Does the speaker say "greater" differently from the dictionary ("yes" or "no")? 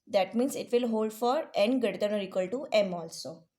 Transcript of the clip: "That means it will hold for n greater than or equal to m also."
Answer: yes